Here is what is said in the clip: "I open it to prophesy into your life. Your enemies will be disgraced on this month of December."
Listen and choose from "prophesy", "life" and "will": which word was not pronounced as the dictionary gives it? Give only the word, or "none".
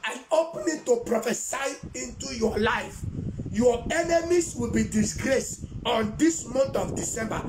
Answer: none